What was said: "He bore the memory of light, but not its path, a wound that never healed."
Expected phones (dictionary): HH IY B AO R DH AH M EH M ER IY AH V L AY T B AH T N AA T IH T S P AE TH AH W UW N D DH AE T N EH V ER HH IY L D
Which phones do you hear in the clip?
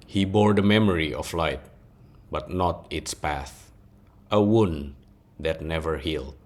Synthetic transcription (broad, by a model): HH IY B AO R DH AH M EH M ER IY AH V L AY T B AH T N AA T IH T S P AE TH AH W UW N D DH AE T N EH V ER HH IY L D